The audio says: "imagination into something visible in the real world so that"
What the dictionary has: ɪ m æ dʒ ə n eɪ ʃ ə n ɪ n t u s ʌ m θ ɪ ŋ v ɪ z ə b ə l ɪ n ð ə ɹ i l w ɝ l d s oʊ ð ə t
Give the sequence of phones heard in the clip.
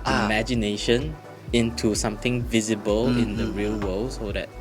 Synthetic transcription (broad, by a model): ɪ m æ dʒ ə n eɪ ʃ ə n ɪ n t u s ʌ m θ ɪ ŋ v ɪ z ə b ə l ɪ n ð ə ɹ i l w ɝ l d s oʊ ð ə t